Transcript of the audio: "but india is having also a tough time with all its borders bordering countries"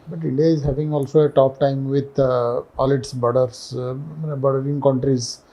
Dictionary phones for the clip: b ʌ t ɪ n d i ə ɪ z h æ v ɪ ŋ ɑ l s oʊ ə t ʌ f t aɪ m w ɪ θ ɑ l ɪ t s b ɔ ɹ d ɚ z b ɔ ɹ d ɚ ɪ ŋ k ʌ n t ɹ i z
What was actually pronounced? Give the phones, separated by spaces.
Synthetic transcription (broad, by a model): b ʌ t ɪ n d i ə ɪ z h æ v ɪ ŋ ɑ l s oʊ ə t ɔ p t aɪ m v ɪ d ɑ l ɪ t s b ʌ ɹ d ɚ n b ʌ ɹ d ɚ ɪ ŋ k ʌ n t ɹ i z